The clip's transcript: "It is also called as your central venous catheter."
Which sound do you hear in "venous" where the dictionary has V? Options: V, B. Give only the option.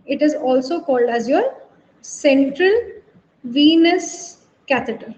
V